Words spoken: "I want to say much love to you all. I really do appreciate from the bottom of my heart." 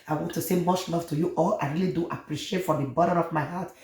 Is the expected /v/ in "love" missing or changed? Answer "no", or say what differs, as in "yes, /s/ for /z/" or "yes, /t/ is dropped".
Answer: yes, /f/ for /v/